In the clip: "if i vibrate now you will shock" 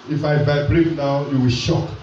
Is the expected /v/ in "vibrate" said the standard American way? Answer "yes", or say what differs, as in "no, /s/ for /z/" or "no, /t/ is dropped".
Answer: no, /b/ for /v/